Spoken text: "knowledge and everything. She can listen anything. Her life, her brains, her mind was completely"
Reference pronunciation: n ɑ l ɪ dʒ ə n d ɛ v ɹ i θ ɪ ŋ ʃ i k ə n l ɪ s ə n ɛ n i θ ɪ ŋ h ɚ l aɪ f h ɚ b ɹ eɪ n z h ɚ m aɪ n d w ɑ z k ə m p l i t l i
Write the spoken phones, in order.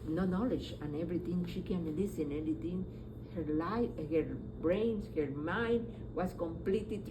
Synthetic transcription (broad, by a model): n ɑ l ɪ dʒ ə n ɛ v ɹ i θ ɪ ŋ ʃ i k ə n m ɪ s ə n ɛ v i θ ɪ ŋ h ɚ l aɪ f h ɚ b ɹ eɪ n s h ɚ m aɪ n d w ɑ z k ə m p l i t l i